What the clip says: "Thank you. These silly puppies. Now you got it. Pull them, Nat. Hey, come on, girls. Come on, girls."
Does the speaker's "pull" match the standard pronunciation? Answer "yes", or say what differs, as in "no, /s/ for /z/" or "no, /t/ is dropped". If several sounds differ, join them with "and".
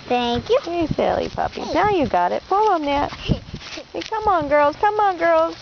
no, /f/ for /p/